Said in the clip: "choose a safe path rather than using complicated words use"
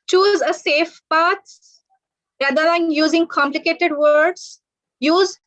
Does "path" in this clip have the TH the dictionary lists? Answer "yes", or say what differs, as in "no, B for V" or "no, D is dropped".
no, S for TH